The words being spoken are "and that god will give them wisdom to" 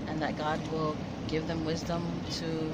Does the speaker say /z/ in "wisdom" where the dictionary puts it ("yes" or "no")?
yes